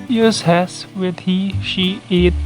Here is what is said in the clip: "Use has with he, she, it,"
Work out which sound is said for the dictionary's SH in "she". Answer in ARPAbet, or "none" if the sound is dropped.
SH